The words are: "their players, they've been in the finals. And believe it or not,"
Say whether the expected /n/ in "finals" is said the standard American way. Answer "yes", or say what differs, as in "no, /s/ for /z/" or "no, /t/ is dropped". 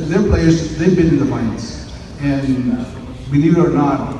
no, /n/ is dropped